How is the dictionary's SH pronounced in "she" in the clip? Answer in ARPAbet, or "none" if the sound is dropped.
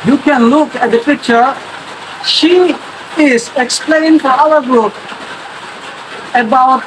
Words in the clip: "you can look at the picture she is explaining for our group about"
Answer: SH